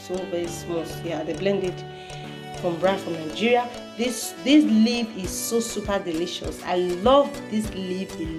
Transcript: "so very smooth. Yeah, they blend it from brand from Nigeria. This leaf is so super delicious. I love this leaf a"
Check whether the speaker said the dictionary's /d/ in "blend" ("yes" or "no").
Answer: yes